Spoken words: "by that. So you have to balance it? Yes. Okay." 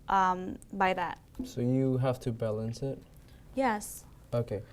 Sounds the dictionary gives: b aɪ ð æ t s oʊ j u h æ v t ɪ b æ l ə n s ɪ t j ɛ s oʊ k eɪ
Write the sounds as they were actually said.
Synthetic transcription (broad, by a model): b aɪ ð æ t s oʊ j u h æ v t ɪ b æ l ə n s ɪ t j ɛ s oʊ k eɪ